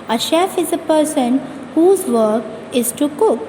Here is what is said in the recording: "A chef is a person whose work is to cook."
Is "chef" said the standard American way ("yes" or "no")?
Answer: yes